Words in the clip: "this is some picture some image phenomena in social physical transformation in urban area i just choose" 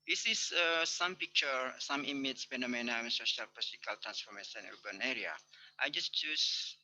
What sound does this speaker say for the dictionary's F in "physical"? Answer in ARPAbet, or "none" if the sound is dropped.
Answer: P